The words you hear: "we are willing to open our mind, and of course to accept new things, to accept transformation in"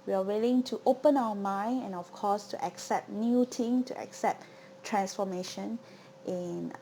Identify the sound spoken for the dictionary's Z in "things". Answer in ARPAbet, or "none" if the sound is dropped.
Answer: none